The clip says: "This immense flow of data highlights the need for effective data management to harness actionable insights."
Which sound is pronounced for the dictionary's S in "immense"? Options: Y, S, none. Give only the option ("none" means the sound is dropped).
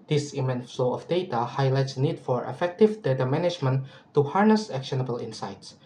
none